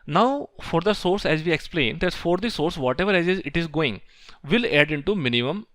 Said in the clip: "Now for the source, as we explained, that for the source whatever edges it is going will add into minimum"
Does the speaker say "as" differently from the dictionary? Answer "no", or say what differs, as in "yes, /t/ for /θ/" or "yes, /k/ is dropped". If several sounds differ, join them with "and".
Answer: no